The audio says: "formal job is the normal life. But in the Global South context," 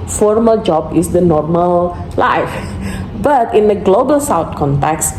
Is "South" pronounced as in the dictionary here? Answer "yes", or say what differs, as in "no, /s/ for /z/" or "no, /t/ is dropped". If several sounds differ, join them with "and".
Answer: no, /t/ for /θ/